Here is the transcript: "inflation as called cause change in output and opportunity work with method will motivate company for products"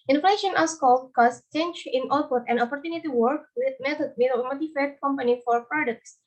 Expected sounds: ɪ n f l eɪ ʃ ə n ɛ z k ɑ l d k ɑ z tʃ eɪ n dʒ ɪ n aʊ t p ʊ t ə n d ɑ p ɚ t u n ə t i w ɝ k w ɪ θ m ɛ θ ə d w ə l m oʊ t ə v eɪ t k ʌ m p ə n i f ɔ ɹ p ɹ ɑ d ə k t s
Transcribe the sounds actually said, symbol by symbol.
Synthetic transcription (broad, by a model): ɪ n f l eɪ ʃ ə n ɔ s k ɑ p k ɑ s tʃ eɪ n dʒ ɪ n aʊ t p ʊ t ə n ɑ p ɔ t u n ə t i w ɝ k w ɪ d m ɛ t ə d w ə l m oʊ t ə f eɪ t k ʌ m p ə n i f ɔ ɹ p ɹ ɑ d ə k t s